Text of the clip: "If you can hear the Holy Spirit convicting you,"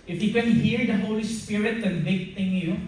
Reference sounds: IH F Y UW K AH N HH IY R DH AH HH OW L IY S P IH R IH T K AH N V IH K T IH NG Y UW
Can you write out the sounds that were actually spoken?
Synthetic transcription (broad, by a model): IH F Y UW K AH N HH IY R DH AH HH OW L IY S P IH R IH T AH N B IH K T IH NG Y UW